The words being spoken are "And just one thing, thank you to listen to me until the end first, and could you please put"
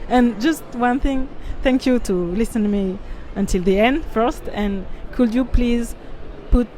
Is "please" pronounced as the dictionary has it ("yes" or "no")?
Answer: yes